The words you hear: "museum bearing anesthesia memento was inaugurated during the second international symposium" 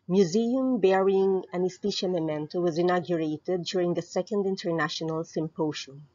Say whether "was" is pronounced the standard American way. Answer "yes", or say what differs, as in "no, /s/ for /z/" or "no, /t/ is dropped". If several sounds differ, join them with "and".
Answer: yes